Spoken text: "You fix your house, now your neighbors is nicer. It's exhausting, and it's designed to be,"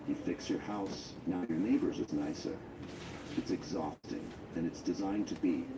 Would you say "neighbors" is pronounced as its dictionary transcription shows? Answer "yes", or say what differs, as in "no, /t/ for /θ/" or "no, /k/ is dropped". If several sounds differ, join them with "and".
yes